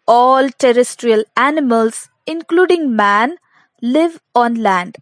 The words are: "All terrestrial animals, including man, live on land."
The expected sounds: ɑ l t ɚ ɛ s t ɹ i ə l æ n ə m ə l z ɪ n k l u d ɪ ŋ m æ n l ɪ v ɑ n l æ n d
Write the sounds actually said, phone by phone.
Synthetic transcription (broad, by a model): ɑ l t ɚ ɛ s t ɹ i ə l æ n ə m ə l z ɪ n k l u d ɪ ŋ m æ n l ɪ v ɑ n l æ n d